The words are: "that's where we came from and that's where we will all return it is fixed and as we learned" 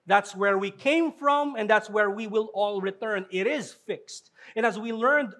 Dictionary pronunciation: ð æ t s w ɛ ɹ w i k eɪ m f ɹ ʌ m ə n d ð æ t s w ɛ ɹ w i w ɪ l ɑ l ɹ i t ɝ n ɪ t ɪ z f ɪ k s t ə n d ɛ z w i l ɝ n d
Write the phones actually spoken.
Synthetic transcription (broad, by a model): ð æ t s w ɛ ɹ w i k eɪ m f ɹ ʌ m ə n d ð æ t s w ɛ ɹ w i w ɪ l ɑ l ɹ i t ɝ n ɪ t ɪ z f ɪ k s t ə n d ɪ z w i l ɝ n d